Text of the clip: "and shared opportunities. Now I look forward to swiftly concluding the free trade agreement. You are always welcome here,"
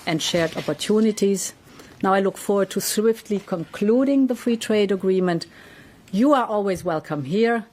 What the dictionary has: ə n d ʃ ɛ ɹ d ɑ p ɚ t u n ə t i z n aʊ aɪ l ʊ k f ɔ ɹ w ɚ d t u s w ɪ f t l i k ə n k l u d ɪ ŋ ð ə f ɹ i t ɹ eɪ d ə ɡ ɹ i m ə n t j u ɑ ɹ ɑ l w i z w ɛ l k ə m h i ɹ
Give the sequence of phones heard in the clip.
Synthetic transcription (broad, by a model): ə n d ʃ ɛ ɹ d ɑ p ɚ t u n ə t i z n aʊ aɪ l ʊ k f ɔ ɹ w ɚ d t u s w ɪ f t l i k ə n k l u d ɪ ŋ ð ə f ɹ i t ɹ eɪ d ə ɡ ɹ i m ə n t j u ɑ ɹ ɑ l w i z w ɛ l k ə m h i ɹ